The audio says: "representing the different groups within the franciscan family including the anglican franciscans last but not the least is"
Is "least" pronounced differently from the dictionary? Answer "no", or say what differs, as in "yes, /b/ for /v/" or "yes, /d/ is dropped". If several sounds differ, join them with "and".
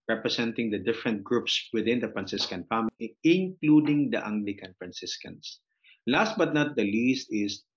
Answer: no